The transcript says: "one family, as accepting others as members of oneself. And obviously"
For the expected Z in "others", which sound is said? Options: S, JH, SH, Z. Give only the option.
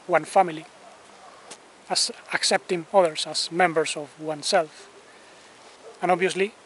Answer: S